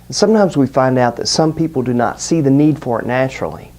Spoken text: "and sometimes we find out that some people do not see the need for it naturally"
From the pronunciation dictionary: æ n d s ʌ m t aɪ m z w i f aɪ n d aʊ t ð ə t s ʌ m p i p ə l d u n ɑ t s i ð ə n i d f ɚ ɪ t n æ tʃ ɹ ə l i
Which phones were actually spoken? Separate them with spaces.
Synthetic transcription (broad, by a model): n s ʌ m t aɪ m z w i f aɪ n d aʊ t ð ə t s ʌ m p i p l d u n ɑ t s i ð ə n i d f ɚ ɪ t n æ tʃ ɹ l i